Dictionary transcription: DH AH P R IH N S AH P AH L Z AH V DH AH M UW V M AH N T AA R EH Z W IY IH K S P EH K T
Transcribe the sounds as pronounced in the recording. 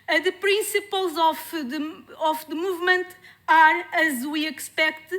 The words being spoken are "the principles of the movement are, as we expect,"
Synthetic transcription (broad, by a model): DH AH P R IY S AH P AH L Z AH F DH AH M UW V M AH N T AA R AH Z W IY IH K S P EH K T